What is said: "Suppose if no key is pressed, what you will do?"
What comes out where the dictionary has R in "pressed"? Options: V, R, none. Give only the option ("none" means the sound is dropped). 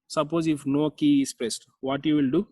none